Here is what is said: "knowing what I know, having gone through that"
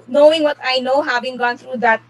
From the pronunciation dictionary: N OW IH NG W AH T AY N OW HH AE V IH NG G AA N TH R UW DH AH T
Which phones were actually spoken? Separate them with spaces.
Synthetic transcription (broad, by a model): N OW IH NG W AH T AY N OW HH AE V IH NG G AA N T R UW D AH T